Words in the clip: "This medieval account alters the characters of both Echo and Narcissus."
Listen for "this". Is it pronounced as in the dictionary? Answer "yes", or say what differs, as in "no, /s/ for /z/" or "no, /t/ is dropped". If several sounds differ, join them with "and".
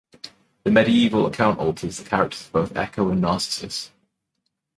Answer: no, /s/ is dropped